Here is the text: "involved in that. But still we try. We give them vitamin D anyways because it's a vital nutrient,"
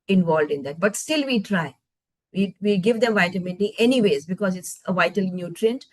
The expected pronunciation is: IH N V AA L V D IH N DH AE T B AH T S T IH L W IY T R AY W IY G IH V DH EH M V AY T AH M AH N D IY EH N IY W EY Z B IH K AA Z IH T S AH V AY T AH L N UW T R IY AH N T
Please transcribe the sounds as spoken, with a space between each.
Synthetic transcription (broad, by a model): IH N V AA L D IH N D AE T B AH T S T IH L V IY T R AY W IY G IH V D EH M V AY T AH M AH N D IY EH N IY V EY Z B IH K AA Z IH T S AH V AY T AH L N UW T R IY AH N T